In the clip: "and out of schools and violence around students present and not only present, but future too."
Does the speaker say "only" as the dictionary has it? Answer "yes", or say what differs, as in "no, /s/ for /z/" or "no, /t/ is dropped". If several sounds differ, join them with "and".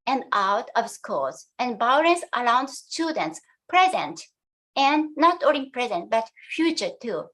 no, /n/ is dropped